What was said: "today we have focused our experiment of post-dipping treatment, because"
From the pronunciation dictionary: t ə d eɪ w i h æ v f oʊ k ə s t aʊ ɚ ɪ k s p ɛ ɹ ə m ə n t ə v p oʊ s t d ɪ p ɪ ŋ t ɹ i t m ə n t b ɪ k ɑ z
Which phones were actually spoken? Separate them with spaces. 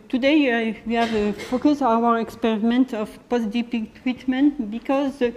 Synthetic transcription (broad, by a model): t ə d eɪ w i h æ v f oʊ k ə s aʊ ɚ ɪ k s p ɛ ɹ ə m ə n t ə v p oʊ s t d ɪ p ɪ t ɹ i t m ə n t b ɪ k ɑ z